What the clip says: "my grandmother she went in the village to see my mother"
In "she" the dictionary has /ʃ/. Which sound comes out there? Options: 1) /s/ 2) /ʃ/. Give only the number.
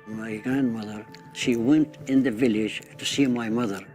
2